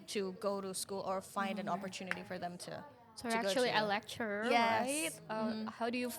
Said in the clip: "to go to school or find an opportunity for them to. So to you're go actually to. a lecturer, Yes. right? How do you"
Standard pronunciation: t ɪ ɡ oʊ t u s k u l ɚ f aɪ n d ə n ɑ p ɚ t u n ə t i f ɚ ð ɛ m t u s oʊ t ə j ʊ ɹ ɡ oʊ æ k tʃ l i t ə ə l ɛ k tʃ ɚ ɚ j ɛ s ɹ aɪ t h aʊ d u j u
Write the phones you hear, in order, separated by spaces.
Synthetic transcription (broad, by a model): t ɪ ɡ oʊ t u s k u l ɚ f aɪ n d ə n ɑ p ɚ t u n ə t i f ɚ ð ɛ m t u s oʊ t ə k ɡ oʊ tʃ i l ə ə l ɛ k tʃ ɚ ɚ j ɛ ɹ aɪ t h aʊ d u j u